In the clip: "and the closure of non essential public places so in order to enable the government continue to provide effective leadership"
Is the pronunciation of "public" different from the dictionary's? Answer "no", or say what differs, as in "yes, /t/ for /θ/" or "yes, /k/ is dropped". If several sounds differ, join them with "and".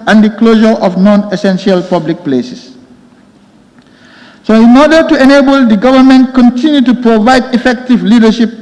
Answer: no